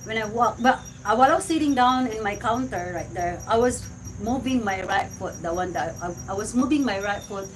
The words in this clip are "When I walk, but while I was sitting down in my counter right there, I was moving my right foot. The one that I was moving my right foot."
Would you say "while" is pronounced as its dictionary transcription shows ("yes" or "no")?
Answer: no